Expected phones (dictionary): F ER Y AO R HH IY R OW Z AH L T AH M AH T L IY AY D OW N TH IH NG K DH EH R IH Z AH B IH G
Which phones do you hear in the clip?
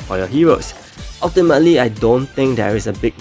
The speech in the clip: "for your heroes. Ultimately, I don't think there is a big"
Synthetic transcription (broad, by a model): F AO Y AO HH IY R OW S AH L T AH M AH T L IY AY D OW N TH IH NG K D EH R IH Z AH B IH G